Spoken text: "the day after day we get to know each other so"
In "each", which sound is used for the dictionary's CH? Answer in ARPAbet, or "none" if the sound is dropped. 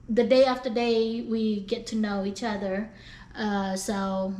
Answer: CH